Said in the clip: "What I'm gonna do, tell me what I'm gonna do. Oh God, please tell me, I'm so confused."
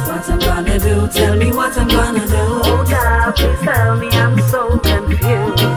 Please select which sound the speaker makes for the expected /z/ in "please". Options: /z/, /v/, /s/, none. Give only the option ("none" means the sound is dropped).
none